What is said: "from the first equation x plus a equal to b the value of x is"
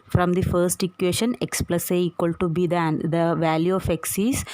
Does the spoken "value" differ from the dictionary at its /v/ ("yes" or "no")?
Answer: no